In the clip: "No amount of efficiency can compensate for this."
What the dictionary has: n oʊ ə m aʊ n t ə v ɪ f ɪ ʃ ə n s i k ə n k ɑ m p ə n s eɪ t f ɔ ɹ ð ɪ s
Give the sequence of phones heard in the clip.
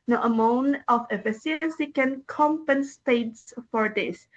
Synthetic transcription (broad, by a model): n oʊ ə m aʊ n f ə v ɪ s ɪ ə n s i k ə n k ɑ m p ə n s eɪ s f ɔ ɹ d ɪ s